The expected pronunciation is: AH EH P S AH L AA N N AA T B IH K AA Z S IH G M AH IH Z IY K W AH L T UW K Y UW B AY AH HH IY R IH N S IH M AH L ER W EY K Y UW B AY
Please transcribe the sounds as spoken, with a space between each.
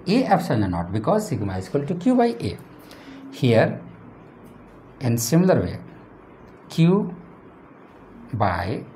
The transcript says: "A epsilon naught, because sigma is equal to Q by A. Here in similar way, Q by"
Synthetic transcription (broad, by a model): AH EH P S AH N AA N N AA T B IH K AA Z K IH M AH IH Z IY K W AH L T UW K Y UW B AY AH HH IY R IH N S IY M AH L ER W EY K Y UW B AY